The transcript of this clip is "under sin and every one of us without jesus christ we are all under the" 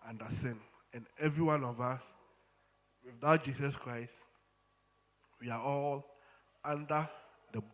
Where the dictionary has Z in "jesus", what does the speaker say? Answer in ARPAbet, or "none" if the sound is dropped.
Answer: S